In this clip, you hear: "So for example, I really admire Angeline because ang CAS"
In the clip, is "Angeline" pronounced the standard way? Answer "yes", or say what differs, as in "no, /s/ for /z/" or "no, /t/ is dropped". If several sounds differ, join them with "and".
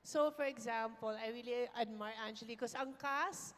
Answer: no, /tʃ/ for /dʒ/ and /l/ is dropped